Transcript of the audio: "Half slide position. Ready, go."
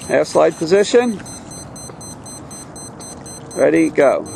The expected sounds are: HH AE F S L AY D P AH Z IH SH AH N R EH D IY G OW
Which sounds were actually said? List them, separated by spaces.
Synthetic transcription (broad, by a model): HH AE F S L AY D P AH Z IH SH AH N R EH D IY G OW